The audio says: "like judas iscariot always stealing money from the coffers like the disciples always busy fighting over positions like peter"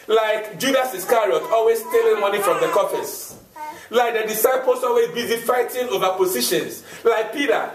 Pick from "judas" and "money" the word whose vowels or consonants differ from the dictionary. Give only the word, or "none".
none